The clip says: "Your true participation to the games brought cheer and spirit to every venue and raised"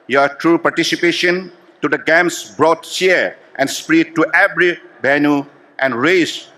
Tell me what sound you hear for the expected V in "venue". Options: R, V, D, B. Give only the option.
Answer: B